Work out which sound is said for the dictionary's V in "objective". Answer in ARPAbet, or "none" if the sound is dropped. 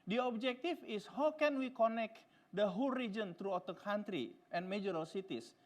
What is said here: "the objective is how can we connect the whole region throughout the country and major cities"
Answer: F